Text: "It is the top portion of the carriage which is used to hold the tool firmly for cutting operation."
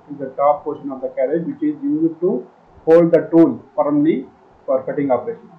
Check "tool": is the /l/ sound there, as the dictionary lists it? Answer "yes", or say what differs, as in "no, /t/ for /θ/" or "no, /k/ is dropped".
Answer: no, /n/ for /l/